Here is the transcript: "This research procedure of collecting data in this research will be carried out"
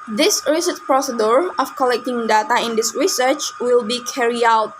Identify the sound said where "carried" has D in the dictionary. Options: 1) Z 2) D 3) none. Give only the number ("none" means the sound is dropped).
3